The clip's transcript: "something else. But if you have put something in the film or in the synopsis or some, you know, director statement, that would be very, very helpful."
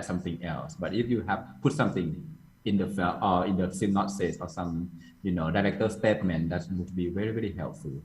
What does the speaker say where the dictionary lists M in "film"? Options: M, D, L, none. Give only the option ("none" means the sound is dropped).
none